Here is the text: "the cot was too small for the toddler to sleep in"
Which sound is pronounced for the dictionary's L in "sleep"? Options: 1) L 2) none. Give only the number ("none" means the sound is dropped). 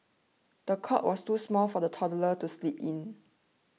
1